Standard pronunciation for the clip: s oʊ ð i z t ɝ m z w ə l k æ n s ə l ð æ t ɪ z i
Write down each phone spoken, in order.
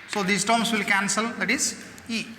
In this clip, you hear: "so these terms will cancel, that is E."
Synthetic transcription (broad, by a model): s oʊ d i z t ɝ m s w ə l k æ n s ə l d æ t ɪ z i